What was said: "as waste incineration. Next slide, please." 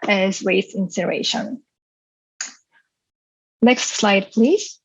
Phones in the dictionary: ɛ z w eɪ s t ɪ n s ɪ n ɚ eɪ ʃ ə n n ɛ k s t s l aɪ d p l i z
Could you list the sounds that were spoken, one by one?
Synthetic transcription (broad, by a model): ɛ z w eɪ t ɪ n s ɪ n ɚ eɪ ʃ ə n n ɛ k s t s l aɪ d p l i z